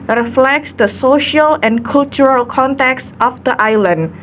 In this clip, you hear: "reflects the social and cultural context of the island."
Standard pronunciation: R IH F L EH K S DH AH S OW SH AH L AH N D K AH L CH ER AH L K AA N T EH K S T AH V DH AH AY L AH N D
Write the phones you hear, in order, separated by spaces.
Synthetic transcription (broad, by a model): R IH F L EH K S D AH S OW SH AH L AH N K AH L CH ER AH L K AA N T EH K S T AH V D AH AY L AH N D